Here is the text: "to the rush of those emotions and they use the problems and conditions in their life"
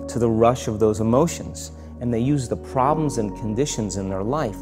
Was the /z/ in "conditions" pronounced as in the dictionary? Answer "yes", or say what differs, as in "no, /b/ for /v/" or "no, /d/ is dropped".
yes